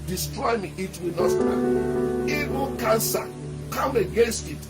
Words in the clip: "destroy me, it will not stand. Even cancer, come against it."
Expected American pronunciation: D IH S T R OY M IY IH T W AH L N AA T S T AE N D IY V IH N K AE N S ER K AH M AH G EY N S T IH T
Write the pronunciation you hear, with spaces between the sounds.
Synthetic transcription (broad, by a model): D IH S T R OY M IY IH T W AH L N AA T S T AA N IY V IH K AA N S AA K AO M AH G EY N S T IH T